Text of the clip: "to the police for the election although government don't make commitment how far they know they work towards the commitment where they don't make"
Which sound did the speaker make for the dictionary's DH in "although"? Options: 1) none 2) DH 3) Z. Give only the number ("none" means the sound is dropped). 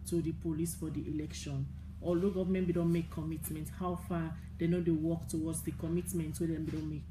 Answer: 1